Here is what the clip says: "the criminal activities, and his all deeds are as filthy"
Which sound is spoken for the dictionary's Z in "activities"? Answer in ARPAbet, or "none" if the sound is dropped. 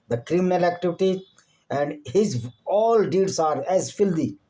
none